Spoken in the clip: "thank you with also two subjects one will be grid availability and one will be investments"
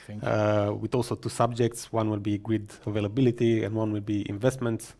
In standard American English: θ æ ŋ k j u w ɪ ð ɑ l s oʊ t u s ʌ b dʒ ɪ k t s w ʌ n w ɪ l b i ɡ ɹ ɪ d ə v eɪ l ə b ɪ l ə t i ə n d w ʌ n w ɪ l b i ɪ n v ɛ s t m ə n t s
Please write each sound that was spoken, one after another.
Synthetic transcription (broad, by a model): w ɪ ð ɑ l s oʊ t u s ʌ b dʒ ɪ k t s w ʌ n w ɪ l b i ɡ ɹ ɪ d ə v eɪ l ə b ɪ l ə t i ə n d w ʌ n w ɪ l b i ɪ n v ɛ s t m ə n t s